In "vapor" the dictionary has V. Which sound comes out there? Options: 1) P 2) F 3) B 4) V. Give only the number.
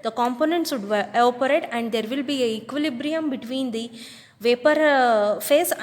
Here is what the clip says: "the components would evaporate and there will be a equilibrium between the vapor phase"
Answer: 4